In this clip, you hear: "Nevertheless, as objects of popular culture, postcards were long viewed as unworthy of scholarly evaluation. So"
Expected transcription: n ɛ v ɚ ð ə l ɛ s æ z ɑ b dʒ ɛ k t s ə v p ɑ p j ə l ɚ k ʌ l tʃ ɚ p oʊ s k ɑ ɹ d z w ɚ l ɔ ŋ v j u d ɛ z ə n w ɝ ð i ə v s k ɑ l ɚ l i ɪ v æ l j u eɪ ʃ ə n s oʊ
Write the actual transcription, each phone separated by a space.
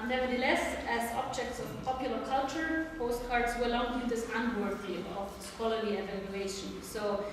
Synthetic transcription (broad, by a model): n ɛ v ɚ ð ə l ɛ s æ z ɑ b dʒ ɛ k t s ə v p ɑ p j ə l ɚ k ʌ l tʃ ɚ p oʊ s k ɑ ɹ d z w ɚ l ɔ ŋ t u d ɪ s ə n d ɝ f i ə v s k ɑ l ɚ i ɪ v æ l j u eɪ ʃ ə n s oʊ